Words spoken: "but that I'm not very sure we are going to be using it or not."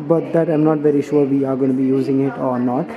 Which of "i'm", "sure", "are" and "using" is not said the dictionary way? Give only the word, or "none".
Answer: none